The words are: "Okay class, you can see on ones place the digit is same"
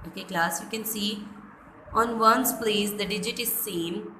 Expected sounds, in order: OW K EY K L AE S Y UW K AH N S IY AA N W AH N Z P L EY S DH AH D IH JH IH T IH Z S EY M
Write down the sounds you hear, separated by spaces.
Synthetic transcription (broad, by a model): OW K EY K L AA S Y UW K AH N S IY AA N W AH N S P L EY S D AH D IH JH IH T IH Z S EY M